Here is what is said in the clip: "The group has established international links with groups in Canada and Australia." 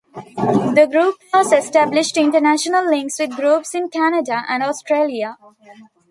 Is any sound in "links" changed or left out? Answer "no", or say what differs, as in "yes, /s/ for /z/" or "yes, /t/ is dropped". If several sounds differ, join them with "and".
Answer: no